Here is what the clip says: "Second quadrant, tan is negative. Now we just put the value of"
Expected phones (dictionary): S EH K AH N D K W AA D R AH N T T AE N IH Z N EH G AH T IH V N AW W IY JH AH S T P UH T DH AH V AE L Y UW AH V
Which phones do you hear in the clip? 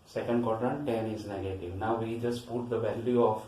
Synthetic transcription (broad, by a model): S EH K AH N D K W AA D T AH T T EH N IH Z N EH G AH T IH V N AW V IY JH AH S T P UH T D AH V AE L Y UW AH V